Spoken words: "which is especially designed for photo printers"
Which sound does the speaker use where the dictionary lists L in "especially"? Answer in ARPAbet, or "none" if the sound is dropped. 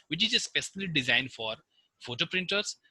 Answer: N